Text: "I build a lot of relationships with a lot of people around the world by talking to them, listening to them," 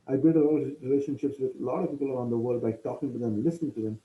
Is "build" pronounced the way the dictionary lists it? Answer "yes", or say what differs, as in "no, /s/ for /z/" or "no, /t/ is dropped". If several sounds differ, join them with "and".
no, /l/ is dropped